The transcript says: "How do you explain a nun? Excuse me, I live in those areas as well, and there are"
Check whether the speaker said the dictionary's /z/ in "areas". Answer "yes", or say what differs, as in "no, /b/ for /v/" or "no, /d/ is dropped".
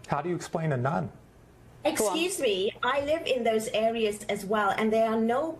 yes